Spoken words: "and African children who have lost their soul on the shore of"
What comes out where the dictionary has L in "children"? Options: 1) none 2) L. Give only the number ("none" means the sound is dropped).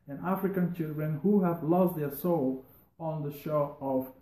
2